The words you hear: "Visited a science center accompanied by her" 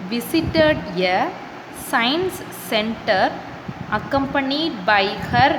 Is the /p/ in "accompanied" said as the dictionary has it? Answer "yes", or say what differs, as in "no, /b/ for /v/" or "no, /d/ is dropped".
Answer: yes